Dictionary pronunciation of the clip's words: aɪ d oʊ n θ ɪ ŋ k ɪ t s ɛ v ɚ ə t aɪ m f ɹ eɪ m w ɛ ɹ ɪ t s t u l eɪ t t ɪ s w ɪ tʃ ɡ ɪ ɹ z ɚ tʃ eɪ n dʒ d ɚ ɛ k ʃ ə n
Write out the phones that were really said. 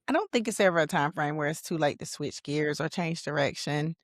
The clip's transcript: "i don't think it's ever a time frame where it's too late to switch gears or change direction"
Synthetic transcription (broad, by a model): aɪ d oʊ n θ ɪ ŋ k ɪ t s ɛ v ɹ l t aɪ m f ɹ eɪ m w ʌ ɹ ɪ t s t u l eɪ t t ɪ s w ɪ tʃ ɡ ɪ ɹ z ɚ tʃ eɪ n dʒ d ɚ ɛ k ʃ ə n